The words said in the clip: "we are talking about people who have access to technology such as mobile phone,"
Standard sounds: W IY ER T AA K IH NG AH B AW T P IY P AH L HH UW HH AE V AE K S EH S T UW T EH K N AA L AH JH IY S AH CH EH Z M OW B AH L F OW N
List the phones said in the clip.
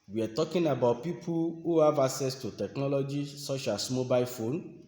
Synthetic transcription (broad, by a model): W IY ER T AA K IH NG AH B AW T P IY P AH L HH UW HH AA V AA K S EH S T UW T EH K N AA L AH JH IY S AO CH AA S M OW B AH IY F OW N